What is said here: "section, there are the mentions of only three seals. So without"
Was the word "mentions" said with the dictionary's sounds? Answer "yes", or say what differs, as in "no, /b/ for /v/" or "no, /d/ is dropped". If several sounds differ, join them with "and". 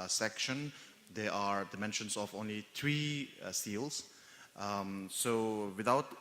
no, /s/ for /z/